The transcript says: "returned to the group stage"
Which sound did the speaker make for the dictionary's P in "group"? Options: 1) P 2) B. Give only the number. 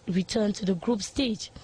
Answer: 1